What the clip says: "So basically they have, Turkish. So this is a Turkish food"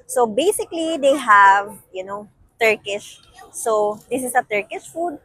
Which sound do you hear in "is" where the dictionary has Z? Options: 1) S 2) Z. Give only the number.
1